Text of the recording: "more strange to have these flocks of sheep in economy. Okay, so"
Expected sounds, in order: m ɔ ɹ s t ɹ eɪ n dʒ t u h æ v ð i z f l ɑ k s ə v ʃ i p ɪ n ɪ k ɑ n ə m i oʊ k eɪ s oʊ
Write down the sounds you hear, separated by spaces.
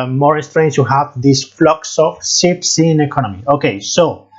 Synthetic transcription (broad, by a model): m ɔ ɹ s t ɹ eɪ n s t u h æ v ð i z f l ɑ k s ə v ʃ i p ɪ n ɪ k ɑ n ə m i oʊ k eɪ s oʊ